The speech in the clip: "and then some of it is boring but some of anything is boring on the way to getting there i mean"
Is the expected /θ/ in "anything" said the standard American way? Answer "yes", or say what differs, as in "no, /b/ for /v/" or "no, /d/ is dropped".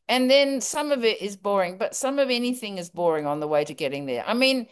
yes